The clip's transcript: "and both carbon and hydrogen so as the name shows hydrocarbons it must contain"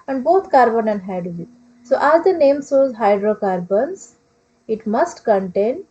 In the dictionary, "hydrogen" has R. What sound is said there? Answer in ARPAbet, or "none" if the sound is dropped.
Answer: none